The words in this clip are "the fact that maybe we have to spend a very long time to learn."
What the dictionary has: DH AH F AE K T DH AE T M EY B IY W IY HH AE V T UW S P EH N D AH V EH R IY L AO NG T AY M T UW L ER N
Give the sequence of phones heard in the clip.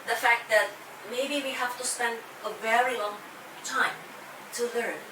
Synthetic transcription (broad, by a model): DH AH F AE K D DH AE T M EY B IY W IY HH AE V T UW S P EH N D AH V EH R IY L AO NG T AY M T UW L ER N